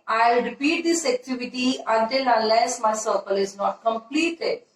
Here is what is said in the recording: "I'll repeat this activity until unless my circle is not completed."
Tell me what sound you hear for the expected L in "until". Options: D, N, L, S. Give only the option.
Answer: N